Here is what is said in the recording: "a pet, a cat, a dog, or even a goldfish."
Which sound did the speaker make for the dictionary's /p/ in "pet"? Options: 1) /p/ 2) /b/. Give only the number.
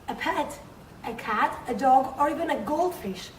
1